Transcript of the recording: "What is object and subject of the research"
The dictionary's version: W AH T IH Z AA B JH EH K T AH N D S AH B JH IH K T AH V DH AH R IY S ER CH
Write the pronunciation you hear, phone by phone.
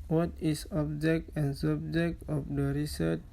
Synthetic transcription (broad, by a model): W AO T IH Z AA B JH EH K T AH N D S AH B JH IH K T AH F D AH R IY S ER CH